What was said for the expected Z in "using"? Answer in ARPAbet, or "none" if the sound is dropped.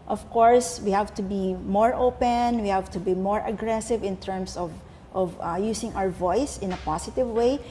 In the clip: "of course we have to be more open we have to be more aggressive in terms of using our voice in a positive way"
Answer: S